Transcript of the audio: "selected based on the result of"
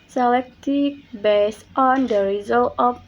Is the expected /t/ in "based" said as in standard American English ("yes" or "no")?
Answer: yes